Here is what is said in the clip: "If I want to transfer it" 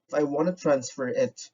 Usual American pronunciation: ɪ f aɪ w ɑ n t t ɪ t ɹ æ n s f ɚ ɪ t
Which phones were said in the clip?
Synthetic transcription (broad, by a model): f aɪ w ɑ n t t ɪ t ɹ æ n s f ɚ ɪ t